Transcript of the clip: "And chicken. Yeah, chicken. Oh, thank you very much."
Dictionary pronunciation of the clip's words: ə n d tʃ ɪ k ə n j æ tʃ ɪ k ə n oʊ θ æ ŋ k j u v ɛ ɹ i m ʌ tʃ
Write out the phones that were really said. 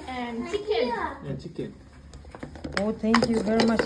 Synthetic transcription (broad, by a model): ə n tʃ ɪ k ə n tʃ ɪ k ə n oʊ t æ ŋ k j u v ɛ ɹ i m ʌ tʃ